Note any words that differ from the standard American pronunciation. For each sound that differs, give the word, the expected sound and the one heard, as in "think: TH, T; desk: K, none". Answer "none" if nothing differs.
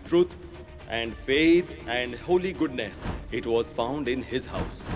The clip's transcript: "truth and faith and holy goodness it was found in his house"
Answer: faith: TH, T